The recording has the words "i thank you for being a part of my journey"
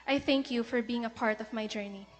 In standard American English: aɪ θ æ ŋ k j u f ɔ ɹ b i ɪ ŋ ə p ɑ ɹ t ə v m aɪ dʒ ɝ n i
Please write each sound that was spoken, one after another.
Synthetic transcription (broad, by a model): aɪ θ æ ŋ k j u f ɔ ɹ b i ɪ ŋ ə p ɑ ɹ t ə v m aɪ dʒ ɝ n i